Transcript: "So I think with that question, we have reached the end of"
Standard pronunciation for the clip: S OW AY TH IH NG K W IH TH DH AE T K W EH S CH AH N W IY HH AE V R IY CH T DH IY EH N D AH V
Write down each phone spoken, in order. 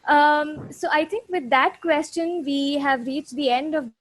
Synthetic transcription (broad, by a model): S OW AY T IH NG K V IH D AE T K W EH S CH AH N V IY HH AE V R IY CH T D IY EH N D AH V